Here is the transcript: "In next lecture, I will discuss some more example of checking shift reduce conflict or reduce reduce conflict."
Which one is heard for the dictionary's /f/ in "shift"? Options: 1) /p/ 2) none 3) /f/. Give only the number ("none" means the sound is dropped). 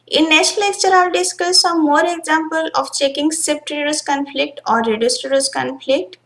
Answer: 1